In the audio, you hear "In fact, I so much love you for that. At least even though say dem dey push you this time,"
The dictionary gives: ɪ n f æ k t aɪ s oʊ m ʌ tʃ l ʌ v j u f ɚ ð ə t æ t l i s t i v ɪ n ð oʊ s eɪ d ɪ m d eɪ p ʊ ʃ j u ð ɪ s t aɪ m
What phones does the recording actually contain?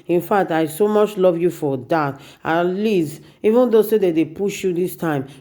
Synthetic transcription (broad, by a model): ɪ n f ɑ k t aɪ s oʊ m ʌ tʃ l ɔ v j u f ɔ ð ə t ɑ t l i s i v ɪ n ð oʊ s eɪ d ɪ d eɪ p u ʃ j u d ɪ s t aɪ m